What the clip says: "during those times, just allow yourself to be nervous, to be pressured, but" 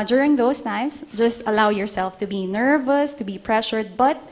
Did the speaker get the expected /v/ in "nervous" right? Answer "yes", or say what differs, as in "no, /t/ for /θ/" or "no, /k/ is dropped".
yes